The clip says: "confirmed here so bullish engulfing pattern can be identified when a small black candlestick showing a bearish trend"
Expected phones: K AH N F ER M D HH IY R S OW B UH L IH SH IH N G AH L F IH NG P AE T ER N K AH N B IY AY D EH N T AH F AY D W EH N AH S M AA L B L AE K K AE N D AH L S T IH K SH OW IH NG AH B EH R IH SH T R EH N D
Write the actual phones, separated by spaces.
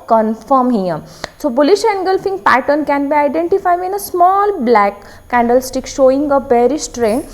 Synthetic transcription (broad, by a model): K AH N F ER M HH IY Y S OW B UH L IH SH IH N G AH L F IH NG P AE T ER N K AH N B IY AY D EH N T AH F AY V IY N AH S M AA L B L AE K K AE N D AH L S T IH K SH OW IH NG AH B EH R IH S T R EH N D